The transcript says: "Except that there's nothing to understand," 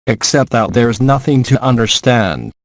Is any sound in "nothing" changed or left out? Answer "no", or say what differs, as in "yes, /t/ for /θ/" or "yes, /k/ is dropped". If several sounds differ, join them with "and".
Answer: no